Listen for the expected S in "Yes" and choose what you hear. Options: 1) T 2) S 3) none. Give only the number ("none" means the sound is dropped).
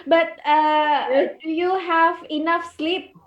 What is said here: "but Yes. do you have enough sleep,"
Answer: 3